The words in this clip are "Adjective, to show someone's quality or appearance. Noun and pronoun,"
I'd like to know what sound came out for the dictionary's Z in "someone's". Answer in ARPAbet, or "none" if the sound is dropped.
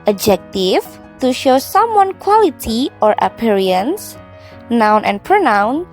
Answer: none